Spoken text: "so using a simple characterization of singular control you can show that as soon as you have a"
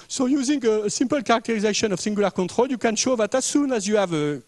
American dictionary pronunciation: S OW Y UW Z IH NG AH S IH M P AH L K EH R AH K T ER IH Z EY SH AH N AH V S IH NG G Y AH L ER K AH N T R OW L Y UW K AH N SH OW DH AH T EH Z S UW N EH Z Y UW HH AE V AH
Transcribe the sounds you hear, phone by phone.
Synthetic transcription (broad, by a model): S OW Y UW Z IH NG AH S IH M P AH L K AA R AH K T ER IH Z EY SH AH N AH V S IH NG G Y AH L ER K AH T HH OW L Y UW K AH N SH OW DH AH T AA S UW N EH Z Y UW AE V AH